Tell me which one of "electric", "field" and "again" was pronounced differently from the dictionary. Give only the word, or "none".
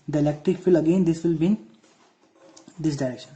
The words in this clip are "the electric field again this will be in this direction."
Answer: field